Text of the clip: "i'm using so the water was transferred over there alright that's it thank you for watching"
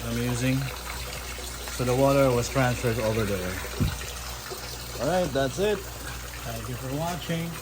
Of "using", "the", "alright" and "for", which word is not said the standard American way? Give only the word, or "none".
none